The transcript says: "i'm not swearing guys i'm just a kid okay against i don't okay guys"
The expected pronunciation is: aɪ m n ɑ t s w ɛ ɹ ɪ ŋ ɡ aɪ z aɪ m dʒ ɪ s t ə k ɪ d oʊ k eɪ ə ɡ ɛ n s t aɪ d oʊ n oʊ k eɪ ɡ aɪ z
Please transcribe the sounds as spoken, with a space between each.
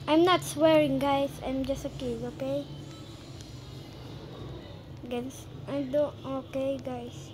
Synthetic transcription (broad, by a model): aɪ m n ɑ t s w ɛ ɹ ɪ ŋ ɡ aɪ s aɪ m dʒ ɪ s t ə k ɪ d oʊ k eɪ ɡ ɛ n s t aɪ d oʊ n oʊ k eɪ ɡ aɪ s